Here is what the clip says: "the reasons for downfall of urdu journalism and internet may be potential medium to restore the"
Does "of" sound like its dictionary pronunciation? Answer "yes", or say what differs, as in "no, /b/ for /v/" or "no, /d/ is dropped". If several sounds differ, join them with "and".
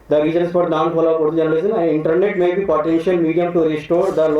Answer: no, /p/ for /v/